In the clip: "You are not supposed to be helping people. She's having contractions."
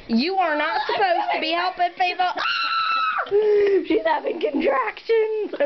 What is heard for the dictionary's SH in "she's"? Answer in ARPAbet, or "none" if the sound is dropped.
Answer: SH